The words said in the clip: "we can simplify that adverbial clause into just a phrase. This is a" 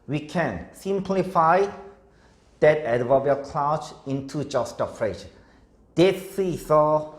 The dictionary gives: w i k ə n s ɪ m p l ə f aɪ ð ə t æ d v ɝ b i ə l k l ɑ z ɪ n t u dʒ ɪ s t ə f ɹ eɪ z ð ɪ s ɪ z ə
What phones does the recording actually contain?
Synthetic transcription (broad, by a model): w i k ə n s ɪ m p l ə f aɪ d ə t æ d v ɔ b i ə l k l ɑ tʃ ɪ n t u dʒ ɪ s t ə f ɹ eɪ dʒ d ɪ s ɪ s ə